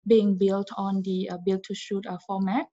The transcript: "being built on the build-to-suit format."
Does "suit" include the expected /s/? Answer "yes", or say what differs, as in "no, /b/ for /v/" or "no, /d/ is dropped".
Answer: no, /ʃ/ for /s/